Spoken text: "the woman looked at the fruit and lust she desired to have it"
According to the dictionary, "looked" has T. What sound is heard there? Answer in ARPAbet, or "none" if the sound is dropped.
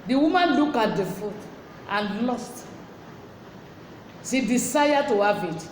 none